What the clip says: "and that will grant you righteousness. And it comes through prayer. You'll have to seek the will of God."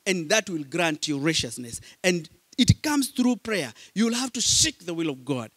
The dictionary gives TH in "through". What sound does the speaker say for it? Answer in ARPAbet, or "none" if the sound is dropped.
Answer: TH